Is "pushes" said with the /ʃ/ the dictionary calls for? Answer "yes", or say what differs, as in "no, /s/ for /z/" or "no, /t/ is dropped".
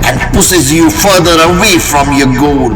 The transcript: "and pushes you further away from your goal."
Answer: no, /s/ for /ʃ/